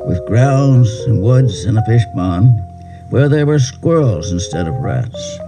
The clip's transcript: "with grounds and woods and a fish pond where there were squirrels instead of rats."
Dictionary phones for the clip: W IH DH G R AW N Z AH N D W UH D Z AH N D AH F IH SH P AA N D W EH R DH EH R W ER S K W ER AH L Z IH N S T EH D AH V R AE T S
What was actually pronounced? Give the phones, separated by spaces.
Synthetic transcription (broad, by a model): W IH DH G R AW N Z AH N W UH D Z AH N AH F IH SH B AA N W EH R DH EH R W ER S K W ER L Z IH N S T EH D AH V R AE T S